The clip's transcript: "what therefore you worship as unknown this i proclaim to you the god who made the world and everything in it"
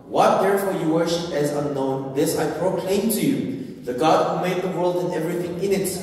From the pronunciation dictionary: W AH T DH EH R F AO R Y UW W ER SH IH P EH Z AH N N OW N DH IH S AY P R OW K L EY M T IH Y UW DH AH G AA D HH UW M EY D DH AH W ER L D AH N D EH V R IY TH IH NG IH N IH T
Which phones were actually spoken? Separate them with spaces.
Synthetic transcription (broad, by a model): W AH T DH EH R F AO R Y UW W ER SH IH P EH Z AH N N OW N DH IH S AY P R OW K L EY M T IH Y UW DH AH G AA D HH UW M EY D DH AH W ER L D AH N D EH V R IY TH IH NG IH N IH T